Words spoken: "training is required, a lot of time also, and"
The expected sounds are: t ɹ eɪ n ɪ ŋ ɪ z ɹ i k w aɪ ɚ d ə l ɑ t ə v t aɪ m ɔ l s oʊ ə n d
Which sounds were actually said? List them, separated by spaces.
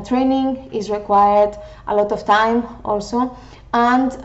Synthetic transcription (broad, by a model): t ɹ eɪ n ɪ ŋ ɪ z ɹ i k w aɪ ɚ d ə l ɑ t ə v t aɪ m ɔ l s oʊ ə n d